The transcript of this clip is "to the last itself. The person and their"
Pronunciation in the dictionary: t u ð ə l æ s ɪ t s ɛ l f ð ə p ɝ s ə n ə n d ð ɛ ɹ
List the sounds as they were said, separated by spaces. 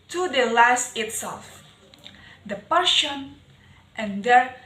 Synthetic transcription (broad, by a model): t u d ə l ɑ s ɪ t s ɛ l f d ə p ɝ ʃ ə n ə n d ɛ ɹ